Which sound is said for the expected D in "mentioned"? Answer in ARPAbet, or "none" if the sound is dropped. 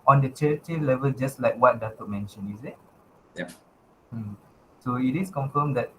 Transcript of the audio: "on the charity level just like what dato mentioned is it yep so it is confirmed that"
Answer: none